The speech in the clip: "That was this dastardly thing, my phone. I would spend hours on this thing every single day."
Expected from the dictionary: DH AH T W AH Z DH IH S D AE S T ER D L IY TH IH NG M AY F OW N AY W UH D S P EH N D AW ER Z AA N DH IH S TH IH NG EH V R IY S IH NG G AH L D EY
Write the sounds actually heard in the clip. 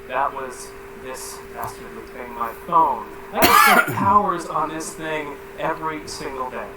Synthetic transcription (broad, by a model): DH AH T W AH Z DH IH S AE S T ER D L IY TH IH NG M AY F OW N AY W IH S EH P AW ER Z N DH IH S TH IH NG EH V R IY S IH NG G L D EY